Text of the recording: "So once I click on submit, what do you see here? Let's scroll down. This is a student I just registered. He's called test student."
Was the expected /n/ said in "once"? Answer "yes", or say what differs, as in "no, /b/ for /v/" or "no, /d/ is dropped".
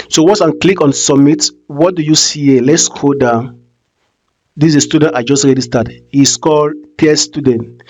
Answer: no, /n/ is dropped